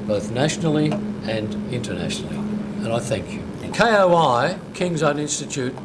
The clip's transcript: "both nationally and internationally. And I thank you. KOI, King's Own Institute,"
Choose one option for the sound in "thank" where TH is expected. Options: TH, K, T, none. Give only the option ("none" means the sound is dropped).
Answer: TH